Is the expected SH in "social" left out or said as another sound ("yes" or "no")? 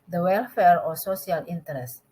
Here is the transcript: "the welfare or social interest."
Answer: yes